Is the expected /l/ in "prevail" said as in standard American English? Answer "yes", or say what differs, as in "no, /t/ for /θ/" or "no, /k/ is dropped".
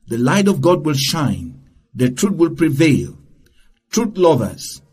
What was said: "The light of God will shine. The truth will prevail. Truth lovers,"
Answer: yes